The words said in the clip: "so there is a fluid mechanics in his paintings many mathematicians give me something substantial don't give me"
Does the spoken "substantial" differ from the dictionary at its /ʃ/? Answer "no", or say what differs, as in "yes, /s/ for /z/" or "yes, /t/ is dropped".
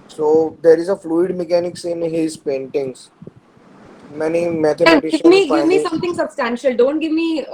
no